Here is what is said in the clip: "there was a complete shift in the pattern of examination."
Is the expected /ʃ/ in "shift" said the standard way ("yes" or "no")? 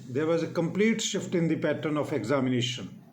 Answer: yes